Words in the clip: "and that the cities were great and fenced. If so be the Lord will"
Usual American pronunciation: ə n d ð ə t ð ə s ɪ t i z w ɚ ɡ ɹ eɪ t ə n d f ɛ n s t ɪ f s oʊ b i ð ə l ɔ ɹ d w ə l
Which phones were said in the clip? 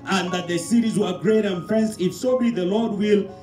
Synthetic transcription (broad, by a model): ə n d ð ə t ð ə s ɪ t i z w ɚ ɡ ɹ eɪ t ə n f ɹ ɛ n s ɪ f s oʊ b i ð ə l ɔ ɹ d w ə l